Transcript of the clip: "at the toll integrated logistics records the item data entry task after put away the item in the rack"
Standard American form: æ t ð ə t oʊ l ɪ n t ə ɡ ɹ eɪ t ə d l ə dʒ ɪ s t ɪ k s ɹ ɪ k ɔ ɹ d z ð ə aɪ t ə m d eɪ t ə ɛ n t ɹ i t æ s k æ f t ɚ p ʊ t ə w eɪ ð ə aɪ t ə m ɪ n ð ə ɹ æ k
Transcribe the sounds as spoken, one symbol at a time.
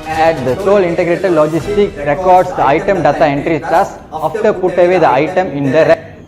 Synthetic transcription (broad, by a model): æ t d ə s oʊ l ɪ n t ə ɡ ɹ eɪ t ə d l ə dʒ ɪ s t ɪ k ɹ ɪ k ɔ ɹ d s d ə aɪ t ə m d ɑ t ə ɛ n t ɹ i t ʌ s ɑ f t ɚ p ʊ t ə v eɪ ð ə aɪ t ə m ɪ n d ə ɹ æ